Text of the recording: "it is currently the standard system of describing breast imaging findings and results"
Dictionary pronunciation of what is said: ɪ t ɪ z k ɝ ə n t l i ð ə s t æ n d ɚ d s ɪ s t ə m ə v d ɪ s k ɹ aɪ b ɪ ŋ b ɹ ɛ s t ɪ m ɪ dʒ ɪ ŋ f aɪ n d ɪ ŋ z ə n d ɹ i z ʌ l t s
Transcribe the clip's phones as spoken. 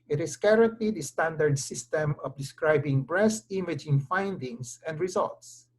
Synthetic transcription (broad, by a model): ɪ t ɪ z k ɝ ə n t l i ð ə s t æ n d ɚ d s ɪ s t ə m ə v d ɪ s k ɹ aɪ b ɪ ŋ b ɹ ɛ s t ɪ m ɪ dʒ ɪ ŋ f aɪ n d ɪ ŋ s ə n d ɹ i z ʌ l t s